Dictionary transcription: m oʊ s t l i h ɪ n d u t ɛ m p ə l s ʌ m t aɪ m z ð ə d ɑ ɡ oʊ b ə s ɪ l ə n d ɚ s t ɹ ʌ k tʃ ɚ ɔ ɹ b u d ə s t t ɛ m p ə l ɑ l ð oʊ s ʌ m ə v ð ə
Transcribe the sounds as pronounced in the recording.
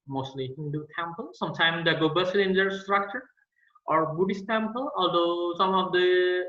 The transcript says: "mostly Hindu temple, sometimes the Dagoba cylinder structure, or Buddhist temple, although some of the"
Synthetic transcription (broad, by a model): m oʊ s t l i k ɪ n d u t ɛ m p ə l s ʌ m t aɪ m d ɑ ɡ oʊ b ə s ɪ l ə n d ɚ s t ɹ ʌ k tʃ ɚ ɔ ɹ b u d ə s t t ɛ m p ə l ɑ l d oʊ s ʌ m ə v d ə